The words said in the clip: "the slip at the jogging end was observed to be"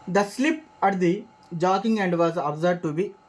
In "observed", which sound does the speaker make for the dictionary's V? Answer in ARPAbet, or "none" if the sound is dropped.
none